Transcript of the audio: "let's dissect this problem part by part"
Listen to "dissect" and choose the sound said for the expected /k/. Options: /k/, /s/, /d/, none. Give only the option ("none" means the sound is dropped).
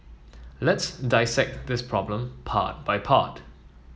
/k/